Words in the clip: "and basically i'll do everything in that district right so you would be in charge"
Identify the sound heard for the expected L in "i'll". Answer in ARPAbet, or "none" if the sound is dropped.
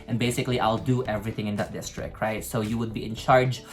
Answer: L